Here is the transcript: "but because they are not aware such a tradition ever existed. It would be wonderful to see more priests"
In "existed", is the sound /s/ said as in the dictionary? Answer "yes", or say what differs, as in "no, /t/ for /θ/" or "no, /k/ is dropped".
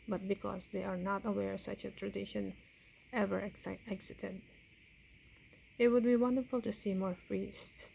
no, /s/ is dropped